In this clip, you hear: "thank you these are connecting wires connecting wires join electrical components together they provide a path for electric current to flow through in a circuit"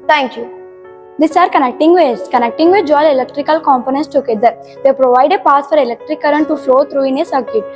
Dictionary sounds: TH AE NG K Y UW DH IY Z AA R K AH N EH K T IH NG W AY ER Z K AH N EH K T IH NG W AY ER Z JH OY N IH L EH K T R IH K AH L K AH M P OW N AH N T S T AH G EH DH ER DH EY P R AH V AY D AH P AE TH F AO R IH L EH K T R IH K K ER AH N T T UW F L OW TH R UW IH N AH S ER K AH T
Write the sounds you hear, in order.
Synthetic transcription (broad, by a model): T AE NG K Y UW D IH S AA R K AH N EH K T IH NG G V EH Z K AH N EH K T IH NG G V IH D JH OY L IH L EH K T R IH K AH L K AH M P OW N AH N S T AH G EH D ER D EY P R AH V AY D AH P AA S F AO R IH L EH K T R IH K K ER AH N T T UW F L OW T R UW IH N AH S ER K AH T